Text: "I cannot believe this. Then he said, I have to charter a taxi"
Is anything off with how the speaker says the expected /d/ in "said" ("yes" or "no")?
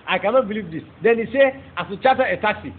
yes